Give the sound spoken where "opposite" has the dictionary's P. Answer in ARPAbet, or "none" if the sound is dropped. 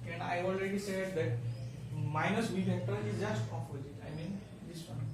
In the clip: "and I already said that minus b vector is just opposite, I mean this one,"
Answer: F